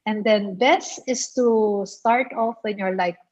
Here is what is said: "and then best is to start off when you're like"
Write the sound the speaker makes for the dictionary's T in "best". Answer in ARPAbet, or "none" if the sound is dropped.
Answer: none